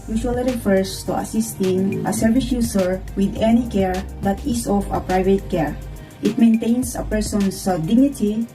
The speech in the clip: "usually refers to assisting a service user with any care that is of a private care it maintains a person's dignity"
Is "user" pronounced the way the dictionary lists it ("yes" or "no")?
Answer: no